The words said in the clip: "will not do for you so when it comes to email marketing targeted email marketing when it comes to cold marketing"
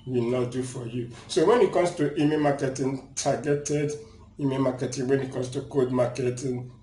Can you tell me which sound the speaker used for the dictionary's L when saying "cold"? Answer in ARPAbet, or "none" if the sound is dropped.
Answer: none